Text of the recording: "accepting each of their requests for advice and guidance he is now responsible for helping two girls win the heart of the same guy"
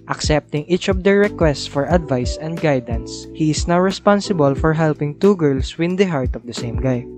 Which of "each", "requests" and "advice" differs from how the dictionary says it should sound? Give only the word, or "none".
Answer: none